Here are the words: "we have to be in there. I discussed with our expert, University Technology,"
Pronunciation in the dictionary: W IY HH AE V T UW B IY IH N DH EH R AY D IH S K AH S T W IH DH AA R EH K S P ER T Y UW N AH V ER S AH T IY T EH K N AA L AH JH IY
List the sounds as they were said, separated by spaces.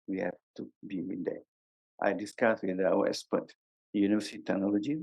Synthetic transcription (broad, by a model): W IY HH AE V T UW B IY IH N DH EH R AY D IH S K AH S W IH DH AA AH S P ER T Y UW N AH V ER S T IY T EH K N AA L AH JH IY